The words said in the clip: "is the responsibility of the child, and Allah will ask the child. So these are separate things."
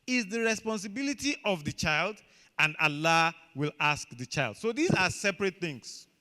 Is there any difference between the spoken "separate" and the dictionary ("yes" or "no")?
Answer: no